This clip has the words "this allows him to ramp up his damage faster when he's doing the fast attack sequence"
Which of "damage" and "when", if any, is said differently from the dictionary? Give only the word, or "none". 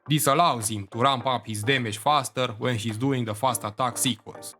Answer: damage